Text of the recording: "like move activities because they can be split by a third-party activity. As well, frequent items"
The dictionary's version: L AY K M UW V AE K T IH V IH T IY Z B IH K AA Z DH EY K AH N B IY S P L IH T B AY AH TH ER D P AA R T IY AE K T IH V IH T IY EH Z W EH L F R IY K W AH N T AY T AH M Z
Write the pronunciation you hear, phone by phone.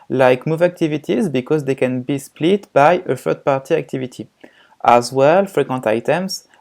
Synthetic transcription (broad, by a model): L AY K M UW V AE K T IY V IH T IY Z B IH K AA Z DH EY K AH N B IY S P L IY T B AY AH F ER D P AA R T IY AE K T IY V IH T IY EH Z W EH L F R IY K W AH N T AY T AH M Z